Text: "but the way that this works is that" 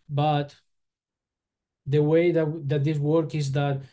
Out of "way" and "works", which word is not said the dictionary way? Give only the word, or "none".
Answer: works